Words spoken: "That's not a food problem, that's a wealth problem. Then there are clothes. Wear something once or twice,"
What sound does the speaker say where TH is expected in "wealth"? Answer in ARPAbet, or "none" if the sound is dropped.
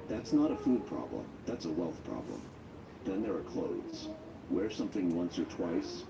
TH